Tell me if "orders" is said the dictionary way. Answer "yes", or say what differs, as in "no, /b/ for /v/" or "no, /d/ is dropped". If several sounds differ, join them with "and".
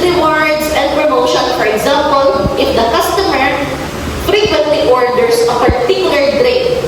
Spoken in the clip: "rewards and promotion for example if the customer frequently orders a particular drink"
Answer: no, /s/ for /z/